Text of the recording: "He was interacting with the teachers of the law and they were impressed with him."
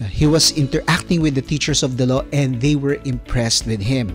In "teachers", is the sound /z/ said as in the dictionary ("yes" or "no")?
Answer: no